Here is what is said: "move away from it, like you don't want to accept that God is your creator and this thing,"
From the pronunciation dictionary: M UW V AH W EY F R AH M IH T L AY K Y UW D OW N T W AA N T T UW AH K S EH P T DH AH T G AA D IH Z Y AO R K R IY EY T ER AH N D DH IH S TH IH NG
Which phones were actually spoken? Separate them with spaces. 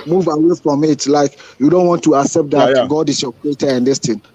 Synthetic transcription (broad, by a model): M UW V AH W EY F R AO M IH T L AY K Y UW D OW N T W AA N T T UW AH K S EH P T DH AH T G AA D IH S Y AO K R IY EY T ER AH N D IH S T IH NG